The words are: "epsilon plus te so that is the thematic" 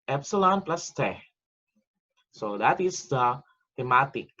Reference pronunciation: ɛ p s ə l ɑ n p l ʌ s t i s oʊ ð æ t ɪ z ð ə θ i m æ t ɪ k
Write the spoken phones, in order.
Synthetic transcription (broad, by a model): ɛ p s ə l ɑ n p l ʌ s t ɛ s oʊ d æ t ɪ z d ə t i m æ t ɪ k